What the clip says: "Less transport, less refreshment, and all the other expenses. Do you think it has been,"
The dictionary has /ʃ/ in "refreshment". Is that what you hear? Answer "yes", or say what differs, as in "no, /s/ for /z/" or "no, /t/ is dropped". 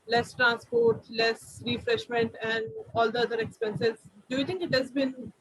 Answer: yes